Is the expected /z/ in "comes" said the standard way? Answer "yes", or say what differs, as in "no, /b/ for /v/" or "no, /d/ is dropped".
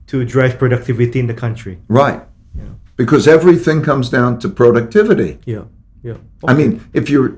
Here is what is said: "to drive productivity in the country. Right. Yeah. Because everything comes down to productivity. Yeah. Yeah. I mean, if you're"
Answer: yes